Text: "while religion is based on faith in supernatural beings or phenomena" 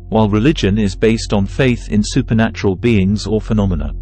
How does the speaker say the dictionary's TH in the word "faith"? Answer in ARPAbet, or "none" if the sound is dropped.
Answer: TH